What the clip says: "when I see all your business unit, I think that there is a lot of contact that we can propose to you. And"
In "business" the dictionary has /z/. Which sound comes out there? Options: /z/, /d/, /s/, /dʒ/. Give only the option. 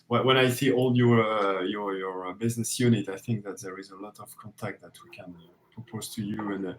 /z/